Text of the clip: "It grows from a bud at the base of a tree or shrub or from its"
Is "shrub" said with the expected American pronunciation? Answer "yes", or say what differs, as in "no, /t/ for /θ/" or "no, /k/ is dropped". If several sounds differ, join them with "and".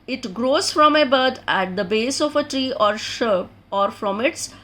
no, /ɹ/ is dropped